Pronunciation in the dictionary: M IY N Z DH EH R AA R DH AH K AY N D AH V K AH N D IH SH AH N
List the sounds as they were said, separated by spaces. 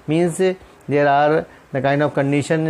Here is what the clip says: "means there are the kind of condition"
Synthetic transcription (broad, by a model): M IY N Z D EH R AA R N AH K AY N AH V K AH N D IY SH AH N